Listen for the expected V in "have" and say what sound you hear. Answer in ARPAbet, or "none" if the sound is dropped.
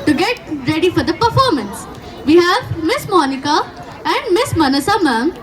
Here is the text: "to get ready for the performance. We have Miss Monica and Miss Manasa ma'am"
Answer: V